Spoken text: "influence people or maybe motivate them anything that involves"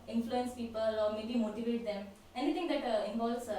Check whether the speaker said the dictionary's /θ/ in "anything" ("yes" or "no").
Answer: no